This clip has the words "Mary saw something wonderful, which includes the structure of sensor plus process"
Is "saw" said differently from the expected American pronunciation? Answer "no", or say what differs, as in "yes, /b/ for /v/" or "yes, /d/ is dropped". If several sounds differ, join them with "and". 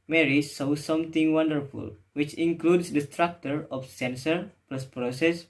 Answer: no